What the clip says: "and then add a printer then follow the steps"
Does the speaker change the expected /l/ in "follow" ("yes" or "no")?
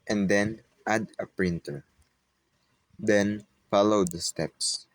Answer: no